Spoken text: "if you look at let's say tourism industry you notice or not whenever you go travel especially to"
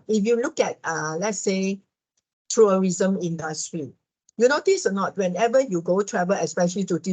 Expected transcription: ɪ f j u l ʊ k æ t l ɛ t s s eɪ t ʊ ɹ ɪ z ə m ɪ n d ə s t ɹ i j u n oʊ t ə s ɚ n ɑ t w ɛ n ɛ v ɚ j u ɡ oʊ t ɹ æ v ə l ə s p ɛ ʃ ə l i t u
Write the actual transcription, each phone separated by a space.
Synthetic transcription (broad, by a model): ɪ f j u l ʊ k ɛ t l ɛ t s s eɪ t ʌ ɹ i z ə m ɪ n d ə s t ɹ i j u n oʊ t ə s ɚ n ɑ t w ɛ n ɛ v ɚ j u ɡ oʊ t ɹ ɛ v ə l ə s p ɛ ʃ ə l i t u